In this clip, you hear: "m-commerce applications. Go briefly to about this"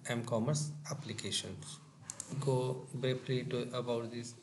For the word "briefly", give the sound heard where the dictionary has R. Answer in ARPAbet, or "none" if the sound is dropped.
none